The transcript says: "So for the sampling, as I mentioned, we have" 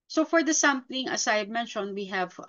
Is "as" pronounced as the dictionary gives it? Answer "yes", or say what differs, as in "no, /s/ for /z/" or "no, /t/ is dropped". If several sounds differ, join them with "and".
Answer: no, /s/ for /z/